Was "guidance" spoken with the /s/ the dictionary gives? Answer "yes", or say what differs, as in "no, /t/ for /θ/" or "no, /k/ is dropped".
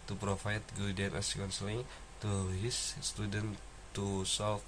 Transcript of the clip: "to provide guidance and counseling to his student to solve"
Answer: no, /s/ is dropped